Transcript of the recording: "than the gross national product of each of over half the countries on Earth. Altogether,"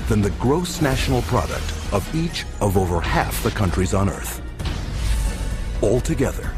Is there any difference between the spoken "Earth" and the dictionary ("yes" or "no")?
no